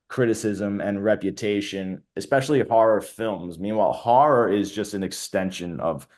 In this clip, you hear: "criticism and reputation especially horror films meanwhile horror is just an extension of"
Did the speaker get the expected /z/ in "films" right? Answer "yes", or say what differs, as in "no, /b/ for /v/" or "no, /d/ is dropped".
yes